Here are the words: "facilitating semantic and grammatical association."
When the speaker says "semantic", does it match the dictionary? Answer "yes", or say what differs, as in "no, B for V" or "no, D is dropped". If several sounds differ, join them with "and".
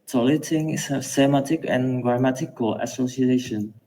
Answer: no, N is dropped